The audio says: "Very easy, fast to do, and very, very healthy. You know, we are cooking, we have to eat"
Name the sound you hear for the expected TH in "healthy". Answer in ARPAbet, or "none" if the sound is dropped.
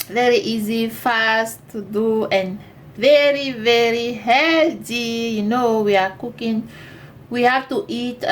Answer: T